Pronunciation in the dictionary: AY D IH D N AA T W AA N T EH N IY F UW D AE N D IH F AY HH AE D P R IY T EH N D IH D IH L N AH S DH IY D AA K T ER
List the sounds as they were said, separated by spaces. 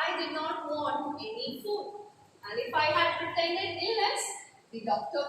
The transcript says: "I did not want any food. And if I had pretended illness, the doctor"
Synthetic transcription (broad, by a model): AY D IH D N AA T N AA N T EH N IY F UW AE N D IH F AY HH AE D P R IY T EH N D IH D IH L N AH S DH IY D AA K T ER